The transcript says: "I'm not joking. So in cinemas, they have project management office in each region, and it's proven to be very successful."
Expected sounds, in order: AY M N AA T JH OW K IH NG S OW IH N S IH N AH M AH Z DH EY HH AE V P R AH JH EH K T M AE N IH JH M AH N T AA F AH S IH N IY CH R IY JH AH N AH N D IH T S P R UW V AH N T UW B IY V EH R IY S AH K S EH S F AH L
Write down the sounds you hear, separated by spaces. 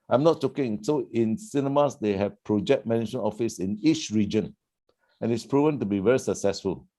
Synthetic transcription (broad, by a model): AY M N AA T CH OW K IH NG S OW IH N S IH N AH M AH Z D EY HH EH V P R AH JH EH K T M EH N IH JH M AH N AA F AH S IH N IY CH R IY JH AH N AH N IH T S P R UW V AH N T UW B IY V EH R IY S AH K S EH S F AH L